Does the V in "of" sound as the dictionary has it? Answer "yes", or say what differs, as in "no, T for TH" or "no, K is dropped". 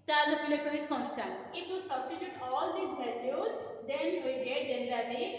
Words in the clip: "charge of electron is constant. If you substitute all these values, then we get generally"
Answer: no, P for V